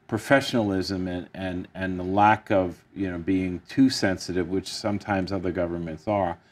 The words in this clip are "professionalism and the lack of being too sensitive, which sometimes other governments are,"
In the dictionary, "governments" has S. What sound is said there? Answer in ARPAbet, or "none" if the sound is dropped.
S